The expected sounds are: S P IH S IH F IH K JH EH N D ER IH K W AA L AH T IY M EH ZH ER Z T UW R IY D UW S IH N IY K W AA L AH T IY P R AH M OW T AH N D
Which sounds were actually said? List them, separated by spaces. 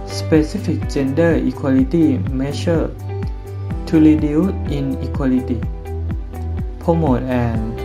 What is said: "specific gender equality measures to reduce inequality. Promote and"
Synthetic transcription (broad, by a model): S P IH S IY F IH K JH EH N D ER IH K W AA L AH T IY M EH SH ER T UW L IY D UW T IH N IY K W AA L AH T IY P AH M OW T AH N